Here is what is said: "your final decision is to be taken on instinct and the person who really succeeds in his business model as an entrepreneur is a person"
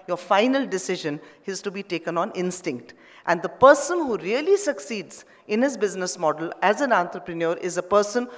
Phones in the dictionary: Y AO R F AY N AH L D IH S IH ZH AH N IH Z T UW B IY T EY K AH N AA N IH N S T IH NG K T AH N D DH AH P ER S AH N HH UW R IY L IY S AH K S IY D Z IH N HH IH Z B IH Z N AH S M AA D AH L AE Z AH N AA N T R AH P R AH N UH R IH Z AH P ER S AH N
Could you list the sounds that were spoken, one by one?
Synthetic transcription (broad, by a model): Y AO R F AY N AH L D IH S IH ZH AH N IH Z T UW B IY T EY K AH N AA N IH N S T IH NG K T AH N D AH P ER S AH N HH UW R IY L IY S AH K S IY D Z IH N HH IH Z B IH Z N AH S M AA D AH L AE Z AH N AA N T R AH P R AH N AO R IH Z AH P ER S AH N